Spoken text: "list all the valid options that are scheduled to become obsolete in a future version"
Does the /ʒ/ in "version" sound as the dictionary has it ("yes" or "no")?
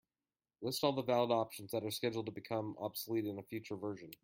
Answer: yes